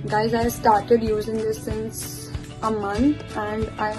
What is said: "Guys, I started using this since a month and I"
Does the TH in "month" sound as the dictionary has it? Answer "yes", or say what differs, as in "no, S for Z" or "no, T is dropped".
no, T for TH